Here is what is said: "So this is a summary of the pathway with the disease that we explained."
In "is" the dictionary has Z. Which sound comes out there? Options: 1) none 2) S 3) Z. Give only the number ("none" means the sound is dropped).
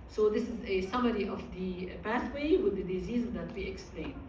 3